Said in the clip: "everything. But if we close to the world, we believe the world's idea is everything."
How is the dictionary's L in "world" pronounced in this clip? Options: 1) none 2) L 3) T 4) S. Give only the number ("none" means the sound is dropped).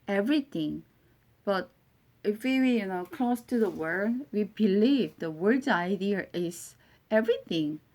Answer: 1